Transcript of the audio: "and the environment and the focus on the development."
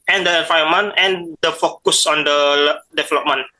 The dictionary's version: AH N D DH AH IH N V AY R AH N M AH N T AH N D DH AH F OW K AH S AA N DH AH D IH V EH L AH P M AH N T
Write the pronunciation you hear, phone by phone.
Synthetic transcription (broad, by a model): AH N D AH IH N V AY AH M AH N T AH N D AH F OW K AH S AA N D AH D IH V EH L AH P M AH N